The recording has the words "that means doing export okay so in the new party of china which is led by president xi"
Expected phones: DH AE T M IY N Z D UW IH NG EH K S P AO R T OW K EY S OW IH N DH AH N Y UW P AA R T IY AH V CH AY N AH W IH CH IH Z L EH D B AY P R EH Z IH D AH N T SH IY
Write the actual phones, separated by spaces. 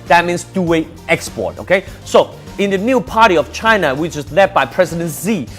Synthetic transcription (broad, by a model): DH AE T M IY N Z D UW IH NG EH K S P AO R T OW K EY S OW IH N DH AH N Y UW P AA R T IY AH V CH AY N AH W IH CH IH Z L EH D B AY P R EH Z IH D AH N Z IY